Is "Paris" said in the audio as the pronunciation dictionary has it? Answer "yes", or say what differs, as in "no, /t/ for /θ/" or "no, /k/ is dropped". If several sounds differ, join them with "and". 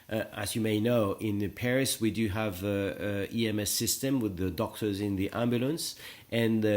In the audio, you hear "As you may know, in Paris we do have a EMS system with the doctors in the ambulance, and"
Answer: yes